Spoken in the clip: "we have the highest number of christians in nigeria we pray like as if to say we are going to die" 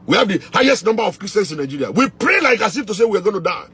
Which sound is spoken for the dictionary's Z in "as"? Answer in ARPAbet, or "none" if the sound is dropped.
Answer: S